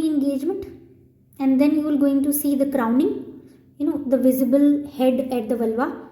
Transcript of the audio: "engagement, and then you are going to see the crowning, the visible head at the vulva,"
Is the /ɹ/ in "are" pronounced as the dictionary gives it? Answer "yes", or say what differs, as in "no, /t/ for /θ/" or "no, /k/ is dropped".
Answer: no, /l/ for /ɹ/